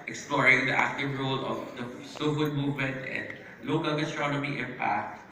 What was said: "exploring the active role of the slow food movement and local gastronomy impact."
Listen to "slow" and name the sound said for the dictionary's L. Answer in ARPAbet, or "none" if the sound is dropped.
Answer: none